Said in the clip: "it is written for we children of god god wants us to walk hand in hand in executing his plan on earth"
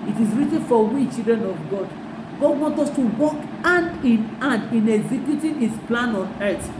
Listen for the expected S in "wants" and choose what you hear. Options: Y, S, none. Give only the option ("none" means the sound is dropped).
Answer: none